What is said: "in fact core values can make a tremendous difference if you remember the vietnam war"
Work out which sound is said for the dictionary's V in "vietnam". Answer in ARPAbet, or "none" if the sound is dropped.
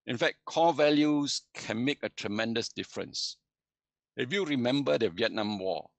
V